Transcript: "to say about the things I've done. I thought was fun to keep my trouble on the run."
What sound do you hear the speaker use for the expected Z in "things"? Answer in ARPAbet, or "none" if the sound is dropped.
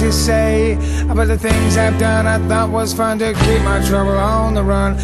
Z